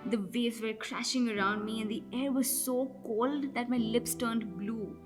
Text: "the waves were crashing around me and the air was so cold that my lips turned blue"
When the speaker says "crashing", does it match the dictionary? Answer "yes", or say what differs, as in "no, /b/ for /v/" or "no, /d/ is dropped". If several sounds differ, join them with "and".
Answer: yes